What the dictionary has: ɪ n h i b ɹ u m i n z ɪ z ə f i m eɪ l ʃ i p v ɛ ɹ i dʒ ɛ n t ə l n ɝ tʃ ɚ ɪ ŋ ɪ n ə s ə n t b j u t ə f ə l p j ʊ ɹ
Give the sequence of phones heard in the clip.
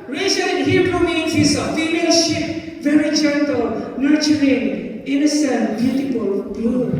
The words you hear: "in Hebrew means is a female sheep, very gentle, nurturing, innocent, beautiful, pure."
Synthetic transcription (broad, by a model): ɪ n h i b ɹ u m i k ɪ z ə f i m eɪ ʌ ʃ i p v ɛ ɹ i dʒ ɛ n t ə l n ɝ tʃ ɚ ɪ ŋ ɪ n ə s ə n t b j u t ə p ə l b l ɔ